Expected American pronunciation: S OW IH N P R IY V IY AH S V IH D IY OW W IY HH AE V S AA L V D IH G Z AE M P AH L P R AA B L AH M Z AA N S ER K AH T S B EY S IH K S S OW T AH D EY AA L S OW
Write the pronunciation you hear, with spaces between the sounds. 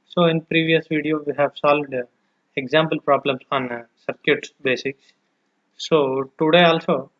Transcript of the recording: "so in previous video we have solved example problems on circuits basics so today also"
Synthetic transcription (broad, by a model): S OW IH N P R IY V IY AH S V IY D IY OW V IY HH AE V S AA L V D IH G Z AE M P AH L P R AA B L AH M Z AA N S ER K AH T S B EY S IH K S S OW T AH D EY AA L S OW